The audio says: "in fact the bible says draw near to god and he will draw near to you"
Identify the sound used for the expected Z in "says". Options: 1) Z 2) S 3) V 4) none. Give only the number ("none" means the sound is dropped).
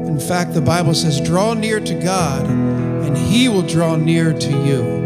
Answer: 1